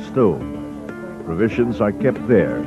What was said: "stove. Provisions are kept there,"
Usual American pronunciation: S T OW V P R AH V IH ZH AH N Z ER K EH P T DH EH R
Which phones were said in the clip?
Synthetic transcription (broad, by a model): S T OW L P R AH V IH ZH AH N Z ER K EH P T DH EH R